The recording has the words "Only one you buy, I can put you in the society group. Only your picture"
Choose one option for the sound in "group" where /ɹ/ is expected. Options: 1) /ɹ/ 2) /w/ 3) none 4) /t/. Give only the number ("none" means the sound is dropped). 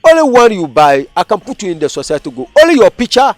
3